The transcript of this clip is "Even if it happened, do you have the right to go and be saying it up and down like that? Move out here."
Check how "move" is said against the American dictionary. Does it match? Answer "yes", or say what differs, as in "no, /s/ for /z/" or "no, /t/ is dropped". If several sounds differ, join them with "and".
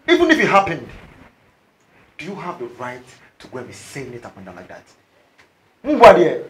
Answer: no, /b/ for /v/